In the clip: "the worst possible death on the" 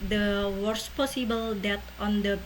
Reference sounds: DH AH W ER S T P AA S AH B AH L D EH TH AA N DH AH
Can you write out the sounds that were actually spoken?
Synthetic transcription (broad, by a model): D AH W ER S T P AA S AH B AH L D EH T AA N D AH